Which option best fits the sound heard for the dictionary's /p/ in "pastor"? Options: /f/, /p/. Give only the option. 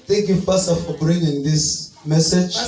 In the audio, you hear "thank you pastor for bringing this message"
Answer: /f/